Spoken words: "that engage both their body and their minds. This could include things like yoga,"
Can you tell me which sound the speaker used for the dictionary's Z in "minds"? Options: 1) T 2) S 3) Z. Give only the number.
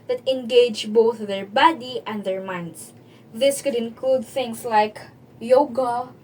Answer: 2